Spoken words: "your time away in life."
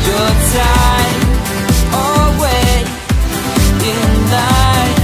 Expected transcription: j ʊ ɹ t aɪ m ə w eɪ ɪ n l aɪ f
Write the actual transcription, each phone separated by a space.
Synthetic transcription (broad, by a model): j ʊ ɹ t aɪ ə w eɪ ɪ n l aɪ